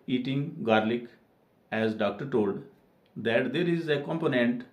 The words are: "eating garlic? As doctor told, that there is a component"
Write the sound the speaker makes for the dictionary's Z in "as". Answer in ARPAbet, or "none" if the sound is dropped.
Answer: Z